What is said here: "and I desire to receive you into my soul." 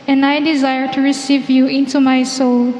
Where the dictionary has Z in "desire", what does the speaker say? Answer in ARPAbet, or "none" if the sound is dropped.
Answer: Z